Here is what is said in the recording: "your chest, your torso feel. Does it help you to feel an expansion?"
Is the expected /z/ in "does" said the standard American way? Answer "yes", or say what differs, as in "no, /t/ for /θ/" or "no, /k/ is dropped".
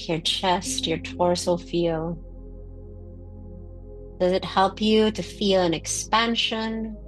yes